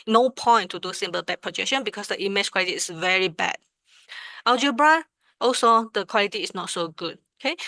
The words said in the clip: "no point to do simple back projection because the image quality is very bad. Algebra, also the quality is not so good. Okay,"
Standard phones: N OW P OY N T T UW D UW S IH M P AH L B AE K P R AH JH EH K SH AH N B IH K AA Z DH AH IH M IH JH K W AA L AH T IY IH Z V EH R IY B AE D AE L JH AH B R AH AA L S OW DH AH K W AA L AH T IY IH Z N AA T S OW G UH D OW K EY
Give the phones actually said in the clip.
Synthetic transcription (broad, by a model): N OW P OY N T T UW D UW S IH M B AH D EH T P R AH JH EH K SH AH N B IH K AA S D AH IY M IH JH K W AA L AH T IY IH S V EH R IY B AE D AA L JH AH B R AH AA L S OW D AH K W AA L AH T IY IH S N AA T S OW G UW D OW K EY